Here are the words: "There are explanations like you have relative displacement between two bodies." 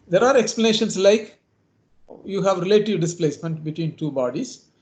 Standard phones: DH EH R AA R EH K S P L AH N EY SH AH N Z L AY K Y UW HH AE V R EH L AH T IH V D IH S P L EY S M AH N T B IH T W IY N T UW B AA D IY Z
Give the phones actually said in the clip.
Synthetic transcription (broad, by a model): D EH R AA R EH K S P L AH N EY SH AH N S L AY K Y UW HH AE V R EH L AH T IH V D IH S P L EY S M AH N T B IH T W IY N T UW B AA D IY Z